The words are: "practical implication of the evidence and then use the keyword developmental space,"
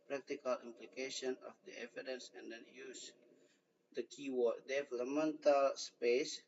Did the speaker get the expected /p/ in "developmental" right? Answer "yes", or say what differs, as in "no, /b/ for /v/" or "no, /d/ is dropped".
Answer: no, /p/ is dropped